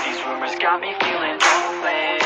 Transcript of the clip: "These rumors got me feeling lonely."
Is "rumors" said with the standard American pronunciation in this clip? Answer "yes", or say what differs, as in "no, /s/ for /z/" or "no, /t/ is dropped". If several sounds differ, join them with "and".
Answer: yes